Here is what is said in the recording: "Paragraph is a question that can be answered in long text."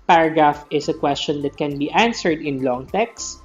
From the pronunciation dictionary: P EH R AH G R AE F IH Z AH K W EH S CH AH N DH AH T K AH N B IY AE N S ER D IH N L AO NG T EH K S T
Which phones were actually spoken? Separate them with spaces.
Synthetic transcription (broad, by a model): P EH R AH G R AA F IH S AH K W EH S CH AH N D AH T K AH N B IY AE N S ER D IH N L AO NG T EH K S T